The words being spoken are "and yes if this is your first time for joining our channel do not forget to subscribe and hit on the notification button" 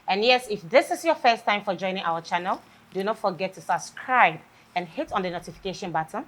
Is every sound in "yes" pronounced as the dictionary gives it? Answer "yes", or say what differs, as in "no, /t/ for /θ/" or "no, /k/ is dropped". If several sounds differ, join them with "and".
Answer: yes